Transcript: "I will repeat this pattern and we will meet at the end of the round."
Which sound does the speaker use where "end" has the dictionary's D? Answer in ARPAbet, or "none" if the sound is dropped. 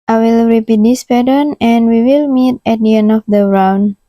none